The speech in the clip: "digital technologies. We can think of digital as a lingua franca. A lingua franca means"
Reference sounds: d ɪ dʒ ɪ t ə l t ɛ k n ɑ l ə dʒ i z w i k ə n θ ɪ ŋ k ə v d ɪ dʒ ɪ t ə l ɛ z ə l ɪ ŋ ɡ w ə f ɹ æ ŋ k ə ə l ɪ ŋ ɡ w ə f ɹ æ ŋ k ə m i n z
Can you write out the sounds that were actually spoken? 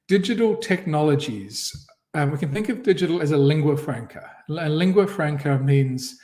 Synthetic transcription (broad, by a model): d ɪ dʒ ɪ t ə l t ɛ k n ɑ l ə dʒ i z w i k ə n θ ɪ ŋ k ə v d ɪ dʒ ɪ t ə l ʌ z ə l ɪ ŋ ɡ w ə f ɹ æ ŋ k ə ə l ɪ ŋ ɡ w ə f ɹ æ ŋ k ə m i n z